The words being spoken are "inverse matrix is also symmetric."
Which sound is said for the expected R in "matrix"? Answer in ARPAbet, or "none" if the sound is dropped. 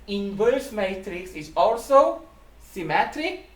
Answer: R